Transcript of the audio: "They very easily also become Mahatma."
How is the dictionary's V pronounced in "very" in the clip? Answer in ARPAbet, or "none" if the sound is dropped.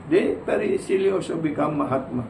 P